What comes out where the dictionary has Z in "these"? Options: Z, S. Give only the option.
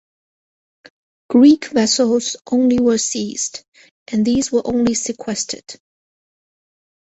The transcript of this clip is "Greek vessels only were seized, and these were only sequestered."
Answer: Z